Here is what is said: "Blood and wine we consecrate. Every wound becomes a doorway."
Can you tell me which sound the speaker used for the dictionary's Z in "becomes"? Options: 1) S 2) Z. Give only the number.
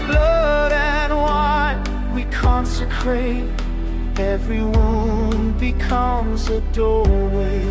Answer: 2